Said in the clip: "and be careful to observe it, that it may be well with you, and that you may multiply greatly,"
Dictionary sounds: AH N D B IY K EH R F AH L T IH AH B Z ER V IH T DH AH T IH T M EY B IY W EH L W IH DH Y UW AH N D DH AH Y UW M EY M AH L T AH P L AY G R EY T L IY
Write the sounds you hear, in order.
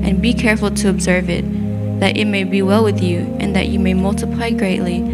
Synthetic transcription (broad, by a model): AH N B IY K EH R F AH L T IH AH B Z ER V IH T DH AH T IH T M EY B IY W EH L W IH DH Y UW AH N DH AH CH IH M EY M AH L T AH P L AY G R EY T L IY